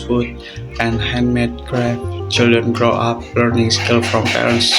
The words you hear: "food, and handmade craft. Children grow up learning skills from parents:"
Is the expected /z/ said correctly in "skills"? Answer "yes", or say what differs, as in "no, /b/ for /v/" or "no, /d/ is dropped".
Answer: no, /z/ is dropped